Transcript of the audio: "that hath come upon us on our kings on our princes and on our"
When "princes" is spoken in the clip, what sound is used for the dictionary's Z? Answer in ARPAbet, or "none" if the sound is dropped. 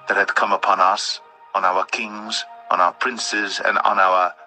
Z